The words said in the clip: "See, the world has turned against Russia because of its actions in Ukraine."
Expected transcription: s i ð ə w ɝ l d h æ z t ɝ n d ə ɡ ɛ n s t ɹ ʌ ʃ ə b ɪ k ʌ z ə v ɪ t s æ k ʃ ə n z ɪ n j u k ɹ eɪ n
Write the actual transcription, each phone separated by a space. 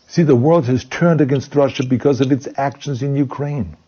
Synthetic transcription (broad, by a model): s i ð ə w ɝ l d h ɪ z t ɝ n d ə ɡ ɛ n s t ɹ ʌ ʃ ə b ɪ k ʌ z ə v ɪ t s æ k ʃ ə n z ɪ n j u k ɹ eɪ n